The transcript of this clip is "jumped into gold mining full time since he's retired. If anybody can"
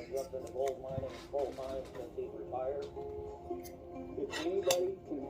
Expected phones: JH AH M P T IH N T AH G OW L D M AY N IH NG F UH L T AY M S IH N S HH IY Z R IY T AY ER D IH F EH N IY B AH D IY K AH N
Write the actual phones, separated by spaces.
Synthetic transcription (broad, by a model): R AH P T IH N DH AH G OW L D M AY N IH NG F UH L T AY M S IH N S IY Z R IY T AY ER IH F EH N IY B AH D IY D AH